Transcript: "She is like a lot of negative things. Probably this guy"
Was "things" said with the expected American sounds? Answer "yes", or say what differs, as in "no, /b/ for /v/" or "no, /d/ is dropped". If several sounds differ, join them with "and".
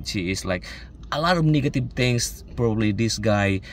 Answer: no, /t/ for /θ/ and /s/ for /z/